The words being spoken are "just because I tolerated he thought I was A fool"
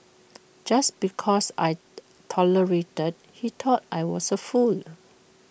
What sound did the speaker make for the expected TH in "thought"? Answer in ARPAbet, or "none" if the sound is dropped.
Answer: T